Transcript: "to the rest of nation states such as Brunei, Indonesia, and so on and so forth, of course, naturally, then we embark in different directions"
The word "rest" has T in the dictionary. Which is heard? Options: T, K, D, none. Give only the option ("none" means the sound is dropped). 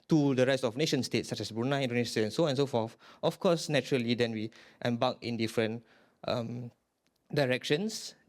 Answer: none